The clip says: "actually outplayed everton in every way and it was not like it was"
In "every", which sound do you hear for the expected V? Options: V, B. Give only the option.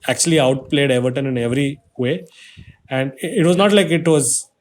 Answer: V